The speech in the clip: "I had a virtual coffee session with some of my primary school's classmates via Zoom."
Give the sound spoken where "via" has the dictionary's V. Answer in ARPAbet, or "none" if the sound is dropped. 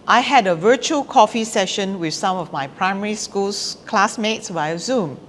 W